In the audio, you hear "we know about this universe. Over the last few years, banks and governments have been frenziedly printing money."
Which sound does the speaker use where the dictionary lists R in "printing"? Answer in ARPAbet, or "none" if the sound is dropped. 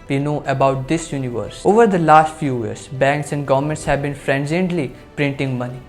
R